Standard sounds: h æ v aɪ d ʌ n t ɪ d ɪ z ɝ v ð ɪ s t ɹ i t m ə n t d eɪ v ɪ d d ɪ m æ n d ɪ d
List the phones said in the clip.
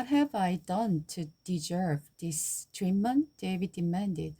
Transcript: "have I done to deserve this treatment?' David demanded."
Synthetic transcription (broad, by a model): h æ v aɪ d ʌ n t ɪ d ɪ z ɝ v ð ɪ s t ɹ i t m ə n d eɪ v ɪ d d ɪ m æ n d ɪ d